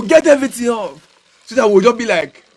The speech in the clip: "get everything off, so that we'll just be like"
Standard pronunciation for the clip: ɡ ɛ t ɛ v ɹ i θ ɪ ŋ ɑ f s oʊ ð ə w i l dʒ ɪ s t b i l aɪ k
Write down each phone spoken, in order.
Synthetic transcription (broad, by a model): ɡ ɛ t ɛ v ɹ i t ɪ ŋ ɑ f s oʊ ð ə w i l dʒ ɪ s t b i l aɪ k